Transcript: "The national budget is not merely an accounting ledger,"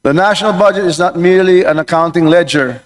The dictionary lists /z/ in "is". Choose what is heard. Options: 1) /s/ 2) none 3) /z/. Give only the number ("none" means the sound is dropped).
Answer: 3